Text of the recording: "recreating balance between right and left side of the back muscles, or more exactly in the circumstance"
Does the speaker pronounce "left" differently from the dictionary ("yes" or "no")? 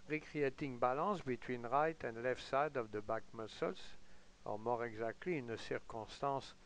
no